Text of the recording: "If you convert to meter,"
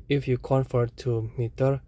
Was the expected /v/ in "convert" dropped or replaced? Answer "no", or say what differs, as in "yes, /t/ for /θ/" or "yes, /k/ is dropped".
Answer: yes, /f/ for /v/